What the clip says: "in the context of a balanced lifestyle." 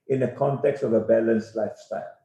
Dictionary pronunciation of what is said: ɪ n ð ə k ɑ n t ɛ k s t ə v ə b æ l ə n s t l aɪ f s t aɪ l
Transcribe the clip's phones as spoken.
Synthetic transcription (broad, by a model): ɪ n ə k ɑ n t ɛ k s t ə v ə b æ l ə n s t l aɪ f s t aɪ l